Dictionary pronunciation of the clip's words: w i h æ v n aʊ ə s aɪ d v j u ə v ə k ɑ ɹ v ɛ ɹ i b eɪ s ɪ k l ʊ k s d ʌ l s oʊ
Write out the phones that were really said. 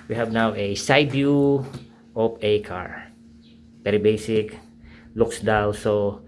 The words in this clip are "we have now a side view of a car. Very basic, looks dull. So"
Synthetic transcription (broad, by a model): w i h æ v n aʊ ə s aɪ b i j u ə p ə k ɑ ɹ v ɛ ɹ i b eɪ s ɪ k l ʊ k s d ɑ w s oʊ